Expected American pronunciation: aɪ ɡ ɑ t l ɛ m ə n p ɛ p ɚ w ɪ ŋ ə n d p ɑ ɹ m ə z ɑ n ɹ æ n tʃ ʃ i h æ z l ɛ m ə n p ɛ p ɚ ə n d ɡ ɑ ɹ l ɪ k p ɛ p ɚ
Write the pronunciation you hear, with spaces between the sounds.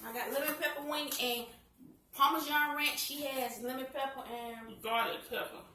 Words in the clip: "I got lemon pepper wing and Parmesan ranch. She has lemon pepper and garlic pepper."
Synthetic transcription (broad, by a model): aɪ ɡ ɑ t l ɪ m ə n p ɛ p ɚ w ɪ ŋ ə n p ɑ m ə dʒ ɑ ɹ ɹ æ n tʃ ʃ i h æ z l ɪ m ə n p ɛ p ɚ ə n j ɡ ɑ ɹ ɪ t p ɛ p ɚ